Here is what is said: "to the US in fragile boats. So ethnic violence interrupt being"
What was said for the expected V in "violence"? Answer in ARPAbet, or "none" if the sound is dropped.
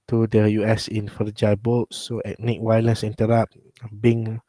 W